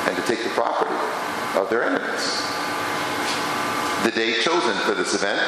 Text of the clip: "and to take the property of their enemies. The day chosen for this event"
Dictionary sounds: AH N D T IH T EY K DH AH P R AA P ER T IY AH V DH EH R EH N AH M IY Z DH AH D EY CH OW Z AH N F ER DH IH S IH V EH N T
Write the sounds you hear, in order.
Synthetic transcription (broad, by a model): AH N T IH T EY K DH AH P R AA P ER T IY AH V DH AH R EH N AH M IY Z DH AH D EY CH OW Z AH N F ER DH IH S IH V EH N T